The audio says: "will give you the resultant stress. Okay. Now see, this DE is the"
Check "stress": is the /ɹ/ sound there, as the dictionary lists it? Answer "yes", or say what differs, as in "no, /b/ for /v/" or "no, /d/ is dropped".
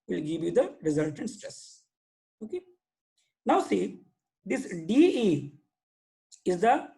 yes